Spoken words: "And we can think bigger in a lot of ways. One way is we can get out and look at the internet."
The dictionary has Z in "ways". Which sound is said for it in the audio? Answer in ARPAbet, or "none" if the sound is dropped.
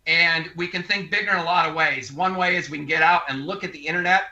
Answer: Z